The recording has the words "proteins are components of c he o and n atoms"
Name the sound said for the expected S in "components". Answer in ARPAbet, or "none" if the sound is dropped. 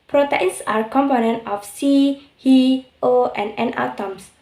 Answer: none